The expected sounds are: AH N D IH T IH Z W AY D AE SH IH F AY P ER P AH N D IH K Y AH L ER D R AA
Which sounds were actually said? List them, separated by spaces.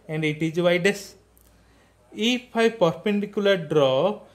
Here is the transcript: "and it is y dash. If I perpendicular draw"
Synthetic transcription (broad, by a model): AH N D IH T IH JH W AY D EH S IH P AY P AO P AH N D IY K Y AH L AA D R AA